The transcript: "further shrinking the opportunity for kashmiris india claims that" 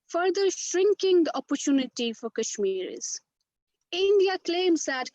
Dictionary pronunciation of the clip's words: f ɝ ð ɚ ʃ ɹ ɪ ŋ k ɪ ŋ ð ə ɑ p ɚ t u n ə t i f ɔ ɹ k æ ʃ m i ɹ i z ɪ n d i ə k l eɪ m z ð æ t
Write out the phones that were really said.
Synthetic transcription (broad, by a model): f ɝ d ɚ ʃ ɹ ɪ ŋ k ɪ ŋ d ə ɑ p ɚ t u n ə t i f ɔ ɹ k æ ʃ m i ɹ i z ɪ n d i ə k l eɪ m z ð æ t